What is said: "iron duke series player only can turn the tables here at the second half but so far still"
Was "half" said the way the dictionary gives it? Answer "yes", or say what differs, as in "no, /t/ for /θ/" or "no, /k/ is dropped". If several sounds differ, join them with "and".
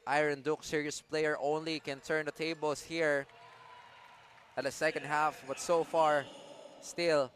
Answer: yes